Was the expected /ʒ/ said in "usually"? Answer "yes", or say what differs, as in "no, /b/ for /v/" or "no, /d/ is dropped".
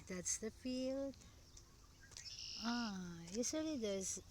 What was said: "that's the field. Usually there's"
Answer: no, /s/ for /ʒ/